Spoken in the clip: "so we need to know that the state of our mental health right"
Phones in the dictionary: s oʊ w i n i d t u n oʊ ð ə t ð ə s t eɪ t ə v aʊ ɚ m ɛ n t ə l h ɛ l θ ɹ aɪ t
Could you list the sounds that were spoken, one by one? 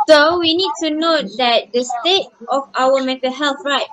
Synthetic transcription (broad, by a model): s oʊ w i n i d t u n oʊ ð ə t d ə s t eɪ t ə f aʊ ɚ m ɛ t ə h ɛ l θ ɹ aɪ t